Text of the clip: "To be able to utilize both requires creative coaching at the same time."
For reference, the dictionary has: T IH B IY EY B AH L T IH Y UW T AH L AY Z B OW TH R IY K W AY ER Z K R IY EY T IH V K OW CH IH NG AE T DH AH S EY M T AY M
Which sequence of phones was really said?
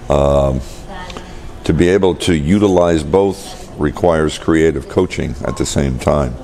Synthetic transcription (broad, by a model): T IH B IY EY B L T IH Y UW T AH L AY Z B OW TH R IY K W AY ER Z K R IY EY T IH V K OW CH IH NG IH T DH AH S EY M T AY M